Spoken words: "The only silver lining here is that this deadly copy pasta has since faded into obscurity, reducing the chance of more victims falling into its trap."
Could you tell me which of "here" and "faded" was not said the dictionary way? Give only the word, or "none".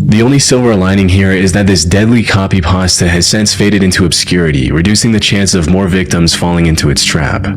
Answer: none